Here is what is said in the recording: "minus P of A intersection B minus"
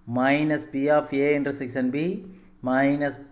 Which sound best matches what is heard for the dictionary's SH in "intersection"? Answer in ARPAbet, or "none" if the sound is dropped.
S